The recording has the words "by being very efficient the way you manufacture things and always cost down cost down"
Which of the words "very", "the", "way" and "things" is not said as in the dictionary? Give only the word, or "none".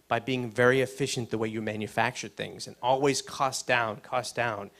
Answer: none